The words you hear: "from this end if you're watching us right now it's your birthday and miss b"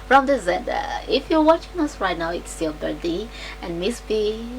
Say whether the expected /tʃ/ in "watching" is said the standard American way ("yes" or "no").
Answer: yes